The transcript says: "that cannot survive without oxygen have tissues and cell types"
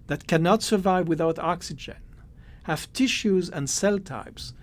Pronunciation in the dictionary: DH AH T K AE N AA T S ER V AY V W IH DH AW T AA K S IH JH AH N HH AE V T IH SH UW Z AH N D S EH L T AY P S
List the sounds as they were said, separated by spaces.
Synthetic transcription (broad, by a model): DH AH T K AE N AA T S ER V AY V W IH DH AW T AA K S IH JH AH N HH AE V T IH SH UW Z AH N D S EH L T AY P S